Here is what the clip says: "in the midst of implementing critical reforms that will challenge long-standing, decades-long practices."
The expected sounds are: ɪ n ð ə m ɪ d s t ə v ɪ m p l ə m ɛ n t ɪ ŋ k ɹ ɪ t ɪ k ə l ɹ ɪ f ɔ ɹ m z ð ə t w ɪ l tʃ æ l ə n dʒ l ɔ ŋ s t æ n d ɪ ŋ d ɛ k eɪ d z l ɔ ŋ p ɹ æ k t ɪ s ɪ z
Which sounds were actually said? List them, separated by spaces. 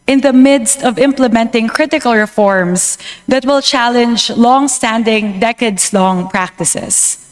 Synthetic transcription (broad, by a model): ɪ n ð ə m ɪ d s t ə v ɪ m p l ə m ɛ n t ɪ ŋ k ɹ ɪ t ɪ k ə l ɹ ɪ f ɔ ɹ m s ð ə t w ɪ l tʃ æ l ə n dʒ l ɔ ŋ s t æ n d ɪ ŋ d ɛ k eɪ d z l ɔ ŋ p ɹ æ k t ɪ s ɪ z